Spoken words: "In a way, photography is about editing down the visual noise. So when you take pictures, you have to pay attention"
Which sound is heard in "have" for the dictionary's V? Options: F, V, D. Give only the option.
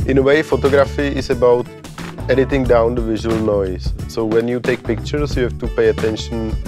F